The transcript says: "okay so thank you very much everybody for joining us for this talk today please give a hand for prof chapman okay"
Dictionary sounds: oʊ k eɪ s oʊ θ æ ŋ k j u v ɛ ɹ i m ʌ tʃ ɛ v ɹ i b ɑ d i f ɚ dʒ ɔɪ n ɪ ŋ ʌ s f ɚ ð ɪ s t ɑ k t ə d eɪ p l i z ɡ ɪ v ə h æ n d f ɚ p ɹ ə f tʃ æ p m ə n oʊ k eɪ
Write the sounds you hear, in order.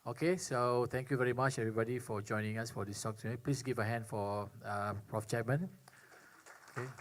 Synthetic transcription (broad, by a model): oʊ k eɪ s oʊ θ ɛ ŋ k j u v ɛ ɹ i m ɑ tʃ ɛ v ɹ i b ɑ d i f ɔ dʒ ɔɪ n ɪ ŋ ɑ s f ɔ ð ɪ s t ɑ k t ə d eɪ p l i s ɡ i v ə h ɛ n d f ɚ p ɹ ə f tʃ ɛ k m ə n oʊ k eɪ